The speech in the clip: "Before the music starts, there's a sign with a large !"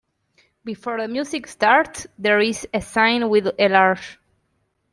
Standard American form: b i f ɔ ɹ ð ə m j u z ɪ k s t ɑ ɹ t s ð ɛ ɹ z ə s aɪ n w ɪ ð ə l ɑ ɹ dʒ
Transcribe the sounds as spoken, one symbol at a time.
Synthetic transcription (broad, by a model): b i f ɔ ɹ ð ə m j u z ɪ k s t ɑ ɹ t s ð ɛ ɹ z ə s aɪ n w ɪ ð ə l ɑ ɹ ʃ